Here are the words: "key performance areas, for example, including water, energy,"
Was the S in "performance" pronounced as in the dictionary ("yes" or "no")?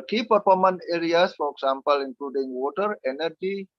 no